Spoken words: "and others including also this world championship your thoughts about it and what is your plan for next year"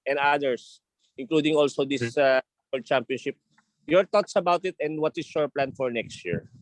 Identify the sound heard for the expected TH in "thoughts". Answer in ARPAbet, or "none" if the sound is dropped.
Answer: T